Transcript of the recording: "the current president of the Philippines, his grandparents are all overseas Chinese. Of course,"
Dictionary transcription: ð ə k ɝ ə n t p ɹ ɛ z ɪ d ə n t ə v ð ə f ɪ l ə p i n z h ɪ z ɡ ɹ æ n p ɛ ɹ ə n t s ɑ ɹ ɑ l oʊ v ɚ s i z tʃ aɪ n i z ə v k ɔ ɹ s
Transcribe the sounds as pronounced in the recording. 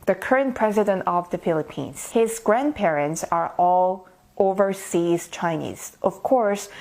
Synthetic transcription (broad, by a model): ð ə k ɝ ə n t p ɹ ɛ z ɪ d ə n t ə v ð ə f ɪ l ə p i n z h ɪ z ɡ ɹ æ n p ɛ ɹ ə n t s ɑ ɹ ɑ l oʊ v ɚ s i z tʃ aɪ n i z ə v k ɔ ɹ s